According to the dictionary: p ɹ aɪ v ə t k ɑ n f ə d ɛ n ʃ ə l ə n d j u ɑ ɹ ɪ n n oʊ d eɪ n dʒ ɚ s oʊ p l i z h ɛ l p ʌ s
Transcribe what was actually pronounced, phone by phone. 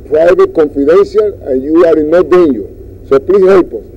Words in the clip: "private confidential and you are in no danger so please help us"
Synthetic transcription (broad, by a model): p ɹ aɪ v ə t k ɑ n f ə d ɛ n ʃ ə l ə n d j u ɑ ɹ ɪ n n oʊ d eɪ n dʒ ɚ s oʊ p l i s h ɛ l p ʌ s